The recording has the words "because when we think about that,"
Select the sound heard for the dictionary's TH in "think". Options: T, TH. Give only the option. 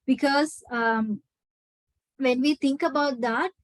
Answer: T